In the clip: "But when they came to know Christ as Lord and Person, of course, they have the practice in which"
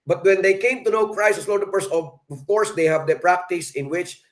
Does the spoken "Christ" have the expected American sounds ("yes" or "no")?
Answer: no